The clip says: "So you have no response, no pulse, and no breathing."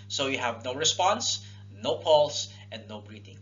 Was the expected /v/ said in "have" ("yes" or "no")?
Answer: yes